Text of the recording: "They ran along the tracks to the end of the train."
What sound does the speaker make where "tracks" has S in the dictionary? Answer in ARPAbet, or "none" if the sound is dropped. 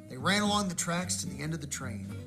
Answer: S